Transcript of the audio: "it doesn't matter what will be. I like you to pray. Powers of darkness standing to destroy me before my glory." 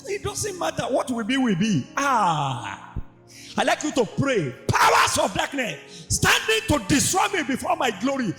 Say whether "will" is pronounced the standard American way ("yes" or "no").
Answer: no